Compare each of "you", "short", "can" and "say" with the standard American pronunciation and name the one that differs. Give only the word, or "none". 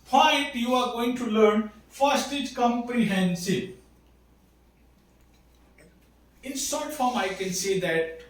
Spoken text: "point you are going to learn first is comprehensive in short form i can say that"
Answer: short